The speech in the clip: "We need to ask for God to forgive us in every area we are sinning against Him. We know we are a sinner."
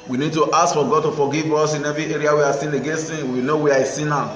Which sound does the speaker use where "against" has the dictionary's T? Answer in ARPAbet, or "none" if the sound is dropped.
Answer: none